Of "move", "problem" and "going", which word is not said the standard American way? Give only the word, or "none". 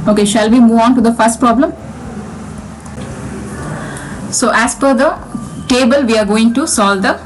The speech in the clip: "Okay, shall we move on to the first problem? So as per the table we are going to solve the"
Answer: none